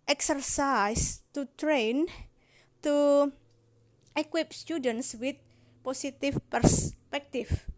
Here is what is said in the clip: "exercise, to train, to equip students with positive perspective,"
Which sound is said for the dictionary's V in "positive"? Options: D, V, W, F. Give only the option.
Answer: F